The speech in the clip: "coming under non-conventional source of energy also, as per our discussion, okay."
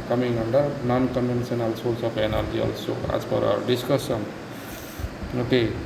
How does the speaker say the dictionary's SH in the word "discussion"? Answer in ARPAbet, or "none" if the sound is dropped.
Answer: S